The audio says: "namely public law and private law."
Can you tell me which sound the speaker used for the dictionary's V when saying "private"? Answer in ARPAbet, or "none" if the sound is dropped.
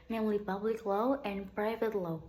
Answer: V